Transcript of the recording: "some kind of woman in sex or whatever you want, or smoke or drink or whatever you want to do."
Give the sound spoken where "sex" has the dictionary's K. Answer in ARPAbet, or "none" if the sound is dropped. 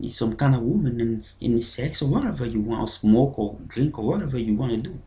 K